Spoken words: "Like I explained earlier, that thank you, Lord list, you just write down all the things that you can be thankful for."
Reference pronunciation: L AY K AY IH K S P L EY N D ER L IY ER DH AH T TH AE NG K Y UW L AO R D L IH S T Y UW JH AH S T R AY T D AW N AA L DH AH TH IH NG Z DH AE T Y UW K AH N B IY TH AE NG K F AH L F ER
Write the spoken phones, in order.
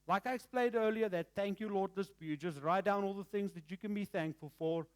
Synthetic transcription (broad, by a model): L AY K AY IH K S P L EY N D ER L IY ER DH AH T TH AE NG K Y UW L AO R D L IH S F Y UW JH AH S T R AY T D AW N AA L DH AH TH IH NG Z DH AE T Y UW K AH N B IY TH AE NG K F AH L F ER